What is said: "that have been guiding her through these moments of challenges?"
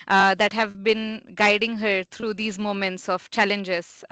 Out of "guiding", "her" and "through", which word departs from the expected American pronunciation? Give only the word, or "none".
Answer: through